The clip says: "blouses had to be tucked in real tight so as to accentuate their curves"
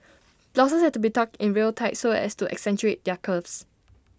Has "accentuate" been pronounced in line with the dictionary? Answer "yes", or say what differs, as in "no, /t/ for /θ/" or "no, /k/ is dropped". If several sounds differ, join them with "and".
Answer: yes